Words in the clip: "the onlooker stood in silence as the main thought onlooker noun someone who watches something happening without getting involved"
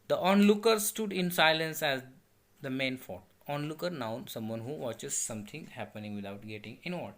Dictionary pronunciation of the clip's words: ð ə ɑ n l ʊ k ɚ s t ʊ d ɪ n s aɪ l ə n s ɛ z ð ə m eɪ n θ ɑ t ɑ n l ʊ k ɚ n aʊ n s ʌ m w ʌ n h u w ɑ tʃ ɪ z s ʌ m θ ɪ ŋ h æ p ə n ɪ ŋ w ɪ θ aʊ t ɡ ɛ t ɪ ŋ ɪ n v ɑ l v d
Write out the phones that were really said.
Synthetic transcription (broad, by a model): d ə ɑ n l ʊ k ɚ s t ʊ d ɪ n s aɪ l ə n s ɛ z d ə m eɪ n f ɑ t ɑ n l ʊ k ɚ n aʊ n s ʌ m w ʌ n h u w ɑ tʃ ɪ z s ʌ m t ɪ ŋ h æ p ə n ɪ ŋ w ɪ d aʊ t ɡ ɛ t ɪ ŋ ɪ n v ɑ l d